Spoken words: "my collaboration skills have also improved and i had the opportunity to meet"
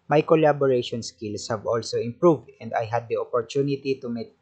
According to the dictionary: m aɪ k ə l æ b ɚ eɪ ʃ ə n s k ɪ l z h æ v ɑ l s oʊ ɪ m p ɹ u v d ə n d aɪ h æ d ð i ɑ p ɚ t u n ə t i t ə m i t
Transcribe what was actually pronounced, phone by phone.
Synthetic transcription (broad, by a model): m aɪ k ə l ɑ b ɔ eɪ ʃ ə n s k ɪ l s h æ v ɑ l s oʊ ɪ m p ɹ u v d ə n d aɪ h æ d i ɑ p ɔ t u n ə t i t ə m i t